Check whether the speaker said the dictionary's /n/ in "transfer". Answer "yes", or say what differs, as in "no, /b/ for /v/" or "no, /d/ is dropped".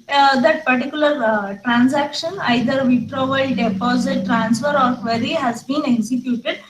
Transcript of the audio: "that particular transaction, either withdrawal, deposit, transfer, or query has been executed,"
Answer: yes